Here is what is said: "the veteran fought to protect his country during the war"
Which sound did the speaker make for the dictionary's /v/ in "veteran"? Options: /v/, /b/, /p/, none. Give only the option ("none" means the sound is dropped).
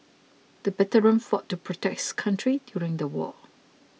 /b/